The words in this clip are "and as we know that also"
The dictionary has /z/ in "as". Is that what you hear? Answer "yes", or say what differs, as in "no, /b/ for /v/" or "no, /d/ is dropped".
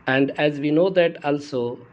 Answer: yes